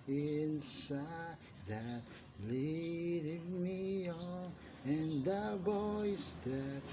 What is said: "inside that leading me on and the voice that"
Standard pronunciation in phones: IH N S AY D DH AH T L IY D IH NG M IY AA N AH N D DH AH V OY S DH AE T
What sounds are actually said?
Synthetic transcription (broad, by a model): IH N S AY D DH AH T L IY D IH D M IY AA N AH N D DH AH B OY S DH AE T